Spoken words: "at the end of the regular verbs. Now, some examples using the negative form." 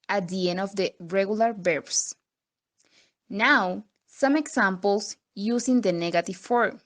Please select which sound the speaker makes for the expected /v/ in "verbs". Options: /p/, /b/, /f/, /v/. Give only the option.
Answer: /b/